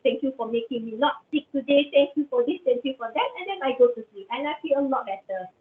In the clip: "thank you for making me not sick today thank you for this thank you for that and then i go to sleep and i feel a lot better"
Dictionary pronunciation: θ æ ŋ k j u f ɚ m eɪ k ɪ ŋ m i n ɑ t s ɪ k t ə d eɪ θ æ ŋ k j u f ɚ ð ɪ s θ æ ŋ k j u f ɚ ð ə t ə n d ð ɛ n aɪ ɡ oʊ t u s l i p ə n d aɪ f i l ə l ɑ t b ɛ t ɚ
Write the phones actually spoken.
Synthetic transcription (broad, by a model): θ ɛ ŋ k j u f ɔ m eɪ k ɪ ŋ m i l ɑ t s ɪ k t ə d eɪ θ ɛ ŋ k j u f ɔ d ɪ s t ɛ ŋ k j u f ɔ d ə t ə n d ɛ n aɪ ɡ oʊ t u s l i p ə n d aɪ f i l ə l ɑ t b ɛ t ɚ